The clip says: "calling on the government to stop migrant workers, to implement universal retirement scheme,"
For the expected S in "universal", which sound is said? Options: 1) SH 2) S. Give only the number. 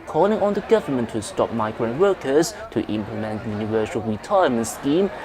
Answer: 1